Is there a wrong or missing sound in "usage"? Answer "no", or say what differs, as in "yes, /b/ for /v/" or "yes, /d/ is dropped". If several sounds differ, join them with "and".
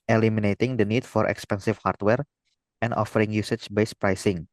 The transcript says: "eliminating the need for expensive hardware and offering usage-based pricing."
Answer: yes, /tʃ/ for /dʒ/